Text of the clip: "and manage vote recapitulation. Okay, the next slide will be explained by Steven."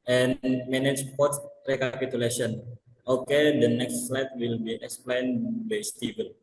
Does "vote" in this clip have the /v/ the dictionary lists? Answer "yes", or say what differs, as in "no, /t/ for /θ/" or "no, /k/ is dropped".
no, /p/ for /v/